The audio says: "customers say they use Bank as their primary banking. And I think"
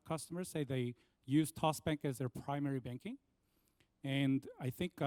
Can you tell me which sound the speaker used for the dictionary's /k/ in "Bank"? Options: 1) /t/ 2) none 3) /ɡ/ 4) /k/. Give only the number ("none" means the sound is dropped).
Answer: 4